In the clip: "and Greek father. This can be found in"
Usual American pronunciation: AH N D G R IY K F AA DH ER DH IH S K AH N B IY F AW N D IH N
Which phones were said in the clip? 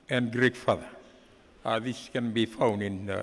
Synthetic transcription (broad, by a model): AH N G R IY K F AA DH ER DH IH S K AH N B IY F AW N IH N